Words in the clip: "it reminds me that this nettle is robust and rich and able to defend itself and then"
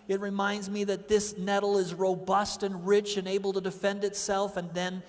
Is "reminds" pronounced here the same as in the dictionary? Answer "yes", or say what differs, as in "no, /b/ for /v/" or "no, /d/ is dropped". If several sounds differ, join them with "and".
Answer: yes